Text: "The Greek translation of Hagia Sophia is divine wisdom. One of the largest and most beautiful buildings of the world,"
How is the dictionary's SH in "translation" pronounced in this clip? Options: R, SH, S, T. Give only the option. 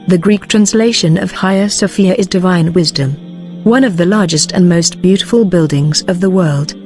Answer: SH